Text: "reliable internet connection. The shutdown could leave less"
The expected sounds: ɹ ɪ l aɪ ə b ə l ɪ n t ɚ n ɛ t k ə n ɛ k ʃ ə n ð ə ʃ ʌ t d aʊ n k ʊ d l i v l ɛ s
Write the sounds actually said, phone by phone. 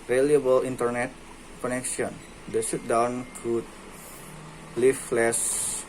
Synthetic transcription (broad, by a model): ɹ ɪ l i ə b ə l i n t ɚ n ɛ t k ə n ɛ k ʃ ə n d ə s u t d aʊ n k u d l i f l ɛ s